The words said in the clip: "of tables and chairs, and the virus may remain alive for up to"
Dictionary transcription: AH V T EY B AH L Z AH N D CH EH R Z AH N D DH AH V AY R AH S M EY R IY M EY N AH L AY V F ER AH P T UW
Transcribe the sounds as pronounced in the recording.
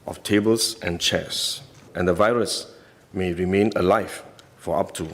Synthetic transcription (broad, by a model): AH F T EY B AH L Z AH N CH EH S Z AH N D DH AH V AY R AH S M EY R IY M EY N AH L AY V F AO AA P T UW